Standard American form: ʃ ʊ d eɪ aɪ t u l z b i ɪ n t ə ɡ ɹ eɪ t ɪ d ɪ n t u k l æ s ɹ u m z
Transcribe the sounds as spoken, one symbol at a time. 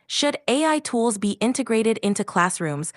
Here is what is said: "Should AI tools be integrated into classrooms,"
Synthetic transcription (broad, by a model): ʃ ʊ d eɪ aɪ t u l z b i ɪ n t ə ɡ ɹ eɪ t ɪ d ɪ n t u k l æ s ɹ u m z